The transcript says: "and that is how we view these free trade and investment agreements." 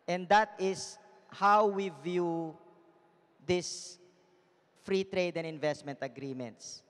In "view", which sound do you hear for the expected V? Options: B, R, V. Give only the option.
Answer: V